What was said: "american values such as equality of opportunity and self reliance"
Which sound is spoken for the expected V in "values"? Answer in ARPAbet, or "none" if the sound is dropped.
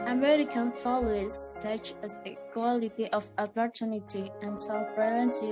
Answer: F